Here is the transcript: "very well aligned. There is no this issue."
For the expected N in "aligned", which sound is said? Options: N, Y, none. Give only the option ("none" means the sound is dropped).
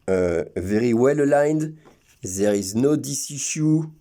N